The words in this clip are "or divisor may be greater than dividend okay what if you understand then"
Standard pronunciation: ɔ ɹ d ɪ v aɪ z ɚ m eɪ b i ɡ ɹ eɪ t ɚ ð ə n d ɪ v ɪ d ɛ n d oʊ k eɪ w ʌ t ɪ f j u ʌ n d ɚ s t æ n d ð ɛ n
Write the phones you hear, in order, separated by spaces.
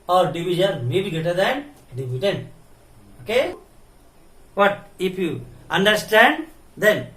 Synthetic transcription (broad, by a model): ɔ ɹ d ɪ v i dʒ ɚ m eɪ b i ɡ eɪ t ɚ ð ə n d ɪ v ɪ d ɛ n oʊ k eɪ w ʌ t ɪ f j u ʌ n d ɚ s t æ n d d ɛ n